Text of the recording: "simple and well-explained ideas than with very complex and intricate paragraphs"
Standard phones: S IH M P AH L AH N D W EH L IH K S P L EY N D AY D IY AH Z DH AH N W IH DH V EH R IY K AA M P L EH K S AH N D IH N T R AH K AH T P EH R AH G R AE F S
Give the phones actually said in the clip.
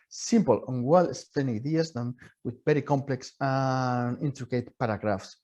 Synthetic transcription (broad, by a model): S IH M P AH L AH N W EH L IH S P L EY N AY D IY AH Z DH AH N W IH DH B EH R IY K AA M P L EH K S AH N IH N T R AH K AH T P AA R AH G R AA F S